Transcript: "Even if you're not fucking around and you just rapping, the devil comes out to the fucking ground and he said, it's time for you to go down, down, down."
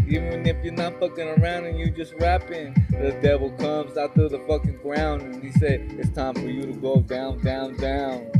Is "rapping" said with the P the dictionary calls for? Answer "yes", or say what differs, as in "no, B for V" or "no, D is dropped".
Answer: yes